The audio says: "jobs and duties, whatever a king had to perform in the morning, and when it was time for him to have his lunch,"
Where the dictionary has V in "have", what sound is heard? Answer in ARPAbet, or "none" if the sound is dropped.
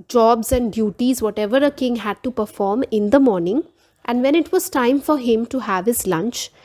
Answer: V